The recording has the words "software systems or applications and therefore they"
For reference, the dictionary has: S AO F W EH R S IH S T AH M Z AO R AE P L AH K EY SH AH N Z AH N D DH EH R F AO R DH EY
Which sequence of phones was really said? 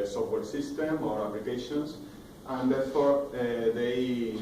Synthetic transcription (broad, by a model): S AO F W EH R S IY S T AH M AO R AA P L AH K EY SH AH N S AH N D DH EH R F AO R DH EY